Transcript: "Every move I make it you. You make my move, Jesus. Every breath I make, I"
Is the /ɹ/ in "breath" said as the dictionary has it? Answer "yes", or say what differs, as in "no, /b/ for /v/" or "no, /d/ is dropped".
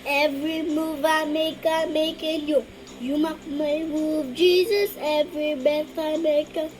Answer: no, /ɹ/ is dropped